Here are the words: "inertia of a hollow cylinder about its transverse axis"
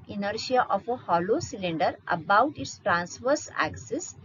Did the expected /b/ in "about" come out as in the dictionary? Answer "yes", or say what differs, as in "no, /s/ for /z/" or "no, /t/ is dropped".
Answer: yes